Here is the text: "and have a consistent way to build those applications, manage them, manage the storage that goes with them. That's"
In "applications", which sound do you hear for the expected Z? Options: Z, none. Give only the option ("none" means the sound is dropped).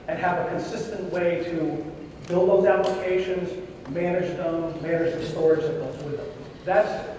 Z